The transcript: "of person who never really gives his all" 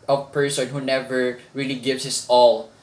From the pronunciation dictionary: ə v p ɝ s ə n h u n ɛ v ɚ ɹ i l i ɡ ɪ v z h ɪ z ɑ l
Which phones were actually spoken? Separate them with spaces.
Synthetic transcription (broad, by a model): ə p ɝ s ə n h u n ɛ v ɚ ɹ i l i ɡ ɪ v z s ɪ s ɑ l